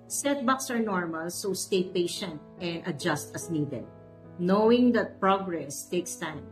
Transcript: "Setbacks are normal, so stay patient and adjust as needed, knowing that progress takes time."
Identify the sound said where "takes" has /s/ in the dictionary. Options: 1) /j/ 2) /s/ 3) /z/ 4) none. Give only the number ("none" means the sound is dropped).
2